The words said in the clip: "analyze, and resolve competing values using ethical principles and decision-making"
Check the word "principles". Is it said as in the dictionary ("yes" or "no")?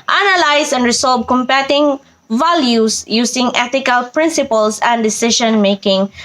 no